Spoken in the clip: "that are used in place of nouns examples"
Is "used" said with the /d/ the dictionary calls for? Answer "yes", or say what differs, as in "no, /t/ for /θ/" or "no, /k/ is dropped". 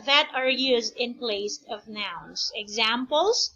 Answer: yes